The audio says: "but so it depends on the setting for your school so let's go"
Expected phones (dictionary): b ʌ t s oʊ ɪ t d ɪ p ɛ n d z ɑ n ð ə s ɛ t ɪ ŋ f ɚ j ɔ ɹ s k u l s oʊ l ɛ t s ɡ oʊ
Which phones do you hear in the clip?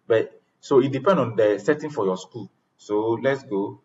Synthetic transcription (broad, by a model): b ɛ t s oʊ ɪ t d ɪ p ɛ n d ɑ n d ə s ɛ t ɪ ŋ f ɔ j ɔ s k u l s oʊ l ɛ t s ɡ oʊ